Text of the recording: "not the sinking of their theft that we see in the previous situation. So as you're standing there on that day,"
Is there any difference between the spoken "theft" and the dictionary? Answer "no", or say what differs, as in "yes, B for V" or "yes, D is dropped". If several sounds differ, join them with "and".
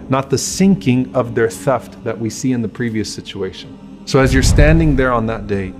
no